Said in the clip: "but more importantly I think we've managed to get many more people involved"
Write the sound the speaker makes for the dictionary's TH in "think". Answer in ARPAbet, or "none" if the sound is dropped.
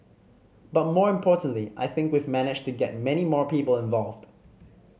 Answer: TH